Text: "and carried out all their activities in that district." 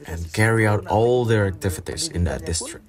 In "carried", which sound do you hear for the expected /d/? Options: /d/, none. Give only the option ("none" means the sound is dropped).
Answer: none